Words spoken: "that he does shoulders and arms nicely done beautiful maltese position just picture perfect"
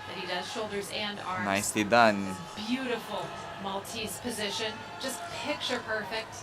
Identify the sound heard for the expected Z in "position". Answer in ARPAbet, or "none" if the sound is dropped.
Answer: Z